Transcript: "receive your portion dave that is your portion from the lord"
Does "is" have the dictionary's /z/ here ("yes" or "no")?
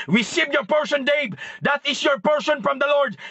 no